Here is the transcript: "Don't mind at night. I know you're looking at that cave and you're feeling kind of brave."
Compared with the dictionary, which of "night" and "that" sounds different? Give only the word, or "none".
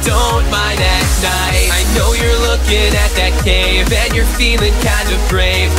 night